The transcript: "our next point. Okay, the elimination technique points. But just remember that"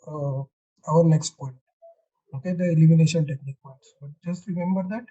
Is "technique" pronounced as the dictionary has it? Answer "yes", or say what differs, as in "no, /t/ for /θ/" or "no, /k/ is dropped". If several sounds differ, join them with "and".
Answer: yes